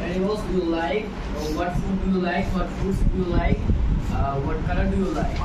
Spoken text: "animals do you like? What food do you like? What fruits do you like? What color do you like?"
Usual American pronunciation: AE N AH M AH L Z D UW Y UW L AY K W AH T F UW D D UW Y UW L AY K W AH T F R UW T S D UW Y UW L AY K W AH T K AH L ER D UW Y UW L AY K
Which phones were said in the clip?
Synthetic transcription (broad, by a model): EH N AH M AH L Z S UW Y UW L AY K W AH T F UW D D UW Y UW L AY K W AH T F UW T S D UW Y UW L AY K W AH T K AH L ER D UW Y UW L AY K